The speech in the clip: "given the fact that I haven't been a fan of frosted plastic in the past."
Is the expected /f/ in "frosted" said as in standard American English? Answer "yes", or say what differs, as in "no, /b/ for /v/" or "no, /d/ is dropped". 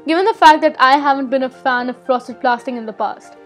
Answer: no, /p/ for /f/